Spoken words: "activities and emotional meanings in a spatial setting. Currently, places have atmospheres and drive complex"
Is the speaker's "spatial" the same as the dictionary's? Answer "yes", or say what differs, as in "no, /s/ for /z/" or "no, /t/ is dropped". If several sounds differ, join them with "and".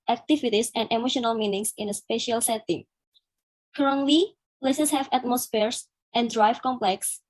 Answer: yes